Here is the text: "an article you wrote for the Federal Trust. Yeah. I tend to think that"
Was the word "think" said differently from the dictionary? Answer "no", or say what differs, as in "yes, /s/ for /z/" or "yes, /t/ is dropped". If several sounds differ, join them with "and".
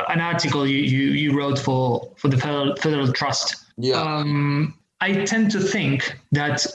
no